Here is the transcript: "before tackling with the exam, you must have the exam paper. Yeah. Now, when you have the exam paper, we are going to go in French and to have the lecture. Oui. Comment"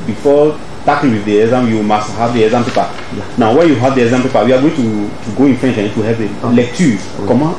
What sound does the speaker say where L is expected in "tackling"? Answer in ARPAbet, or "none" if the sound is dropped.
none